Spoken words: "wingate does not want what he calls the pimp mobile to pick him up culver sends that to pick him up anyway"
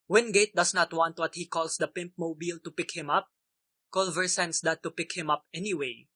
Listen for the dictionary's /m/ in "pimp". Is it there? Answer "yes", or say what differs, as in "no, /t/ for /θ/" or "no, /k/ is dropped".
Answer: yes